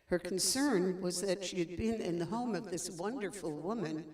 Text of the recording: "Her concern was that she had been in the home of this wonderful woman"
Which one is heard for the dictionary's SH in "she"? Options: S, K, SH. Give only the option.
SH